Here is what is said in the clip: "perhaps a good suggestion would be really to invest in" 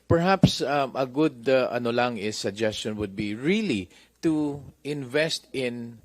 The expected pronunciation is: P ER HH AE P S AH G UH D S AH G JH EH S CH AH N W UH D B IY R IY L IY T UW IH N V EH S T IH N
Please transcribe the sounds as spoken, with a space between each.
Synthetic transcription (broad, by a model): P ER HH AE P S AH G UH D S AH G JH EH S CH AH N W UH D B IY R IY L IY T UW IH N V EH S T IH N